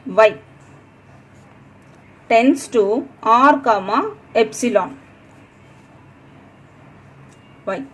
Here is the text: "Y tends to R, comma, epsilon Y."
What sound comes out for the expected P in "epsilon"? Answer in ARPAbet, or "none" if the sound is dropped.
P